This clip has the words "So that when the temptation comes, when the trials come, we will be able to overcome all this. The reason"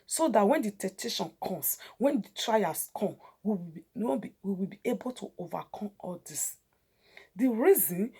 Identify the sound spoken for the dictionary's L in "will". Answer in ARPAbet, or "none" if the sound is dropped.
W